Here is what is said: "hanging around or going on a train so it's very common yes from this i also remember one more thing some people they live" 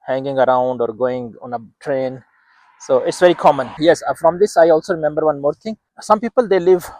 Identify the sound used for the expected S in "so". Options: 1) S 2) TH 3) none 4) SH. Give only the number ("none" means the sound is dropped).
1